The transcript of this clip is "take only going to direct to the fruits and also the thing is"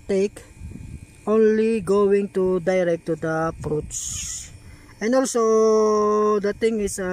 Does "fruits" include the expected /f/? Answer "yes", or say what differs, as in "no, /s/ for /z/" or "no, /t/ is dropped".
no, /p/ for /f/